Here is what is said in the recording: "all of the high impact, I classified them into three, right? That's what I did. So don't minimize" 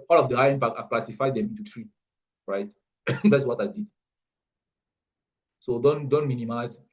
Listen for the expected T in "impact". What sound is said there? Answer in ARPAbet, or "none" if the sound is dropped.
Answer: none